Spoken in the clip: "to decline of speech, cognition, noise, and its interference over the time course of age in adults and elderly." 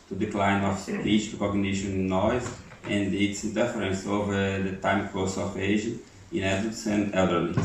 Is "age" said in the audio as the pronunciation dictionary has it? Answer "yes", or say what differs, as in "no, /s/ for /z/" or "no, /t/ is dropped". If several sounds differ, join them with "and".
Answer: no, /ʒ/ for /dʒ/